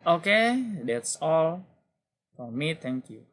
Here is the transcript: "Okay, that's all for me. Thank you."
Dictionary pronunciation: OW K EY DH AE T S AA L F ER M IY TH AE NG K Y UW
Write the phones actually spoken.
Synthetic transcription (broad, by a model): OW K EY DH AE T S AA L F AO M IY T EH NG K Y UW